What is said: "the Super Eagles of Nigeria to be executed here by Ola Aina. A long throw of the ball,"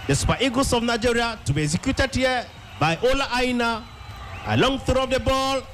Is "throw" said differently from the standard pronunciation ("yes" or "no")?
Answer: yes